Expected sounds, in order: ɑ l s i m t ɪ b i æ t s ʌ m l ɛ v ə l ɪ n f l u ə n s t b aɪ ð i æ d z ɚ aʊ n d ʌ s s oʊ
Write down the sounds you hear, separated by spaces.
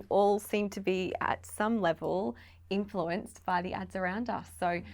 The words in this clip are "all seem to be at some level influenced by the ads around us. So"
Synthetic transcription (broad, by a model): ɑ l s i m t ɪ b i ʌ t s ʌ m l ɛ v ə l ɪ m f l u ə n s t b aɪ ð i æ d z ɚ aʊ n d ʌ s s oʊ